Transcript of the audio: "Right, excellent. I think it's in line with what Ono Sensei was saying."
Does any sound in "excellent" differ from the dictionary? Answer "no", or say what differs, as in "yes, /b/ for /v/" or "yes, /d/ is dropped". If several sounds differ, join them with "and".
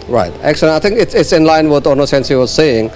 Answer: yes, /t/ is dropped